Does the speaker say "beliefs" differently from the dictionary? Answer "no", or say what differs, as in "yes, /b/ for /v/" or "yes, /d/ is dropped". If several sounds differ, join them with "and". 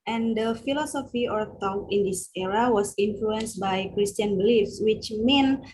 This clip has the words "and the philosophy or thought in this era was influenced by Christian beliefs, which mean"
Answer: no